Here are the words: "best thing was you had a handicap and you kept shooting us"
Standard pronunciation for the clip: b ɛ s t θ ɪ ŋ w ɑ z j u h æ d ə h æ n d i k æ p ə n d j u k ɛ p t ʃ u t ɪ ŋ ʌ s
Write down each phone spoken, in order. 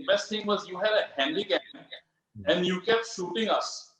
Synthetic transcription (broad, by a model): b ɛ s t t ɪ ŋ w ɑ z j u h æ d ə h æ n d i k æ ə n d j u k ɛ p t ʃ u t ɪ ŋ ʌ s